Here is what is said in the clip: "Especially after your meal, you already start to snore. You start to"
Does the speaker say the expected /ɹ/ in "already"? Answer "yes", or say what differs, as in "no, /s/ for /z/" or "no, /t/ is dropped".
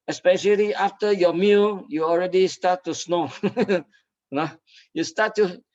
yes